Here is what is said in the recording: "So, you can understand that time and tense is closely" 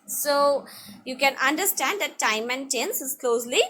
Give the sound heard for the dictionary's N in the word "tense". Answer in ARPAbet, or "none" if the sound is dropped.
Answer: N